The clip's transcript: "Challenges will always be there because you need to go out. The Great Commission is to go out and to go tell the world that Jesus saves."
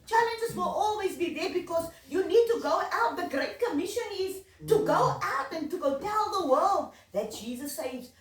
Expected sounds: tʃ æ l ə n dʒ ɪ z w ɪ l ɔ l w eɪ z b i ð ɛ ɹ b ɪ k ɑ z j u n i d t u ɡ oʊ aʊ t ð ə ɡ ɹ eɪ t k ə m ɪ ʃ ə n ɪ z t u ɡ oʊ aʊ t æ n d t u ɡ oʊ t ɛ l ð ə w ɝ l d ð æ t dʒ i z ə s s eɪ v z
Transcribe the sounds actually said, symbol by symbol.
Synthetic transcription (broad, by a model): tʃ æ l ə n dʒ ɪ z w ɪ l ɔ l w eɪ z b i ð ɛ b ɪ k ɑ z j u n i d t u ɡ oʊ aʊ t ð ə ɡ ɹ eɪ t k ə m ɪ ʃ ə n ɪ z t u ɡ oʊ aʊ t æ n t u ɡ oʊ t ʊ n ð ə w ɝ l d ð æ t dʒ i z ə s s eɪ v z